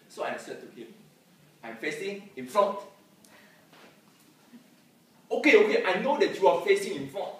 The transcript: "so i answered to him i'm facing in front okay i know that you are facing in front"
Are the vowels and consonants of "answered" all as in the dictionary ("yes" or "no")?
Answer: no